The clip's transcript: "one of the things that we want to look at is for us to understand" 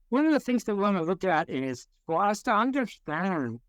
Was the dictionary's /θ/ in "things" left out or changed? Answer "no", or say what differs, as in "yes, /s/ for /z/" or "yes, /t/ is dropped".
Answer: no